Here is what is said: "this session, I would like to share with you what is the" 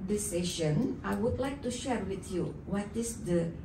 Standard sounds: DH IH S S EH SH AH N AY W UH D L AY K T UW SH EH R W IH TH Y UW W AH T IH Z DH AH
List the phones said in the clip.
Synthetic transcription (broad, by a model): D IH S S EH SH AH N AY W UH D L AY K T UW SH EH R W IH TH Y UW W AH T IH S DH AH